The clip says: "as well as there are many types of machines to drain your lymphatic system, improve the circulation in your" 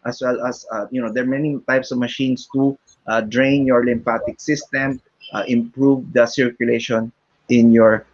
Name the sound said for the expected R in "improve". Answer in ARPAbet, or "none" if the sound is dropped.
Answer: R